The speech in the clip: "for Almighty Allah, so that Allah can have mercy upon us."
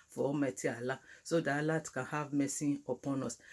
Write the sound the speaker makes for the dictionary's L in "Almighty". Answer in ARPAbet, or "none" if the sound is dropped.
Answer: none